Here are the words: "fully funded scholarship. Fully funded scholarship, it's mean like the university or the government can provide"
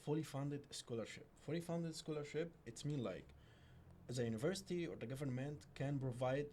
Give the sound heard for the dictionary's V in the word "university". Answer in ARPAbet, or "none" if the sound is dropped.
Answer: V